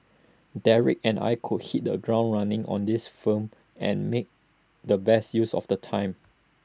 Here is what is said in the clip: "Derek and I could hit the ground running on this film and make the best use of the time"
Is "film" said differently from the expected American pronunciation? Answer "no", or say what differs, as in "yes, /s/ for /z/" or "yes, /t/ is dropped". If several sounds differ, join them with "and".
yes, /l/ is dropped